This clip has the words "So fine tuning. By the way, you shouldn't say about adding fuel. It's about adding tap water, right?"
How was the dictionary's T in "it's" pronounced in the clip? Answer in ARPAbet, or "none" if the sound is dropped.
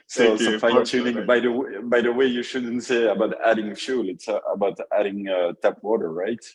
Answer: T